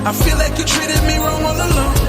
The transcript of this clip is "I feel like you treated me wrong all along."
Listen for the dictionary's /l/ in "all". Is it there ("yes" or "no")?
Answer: no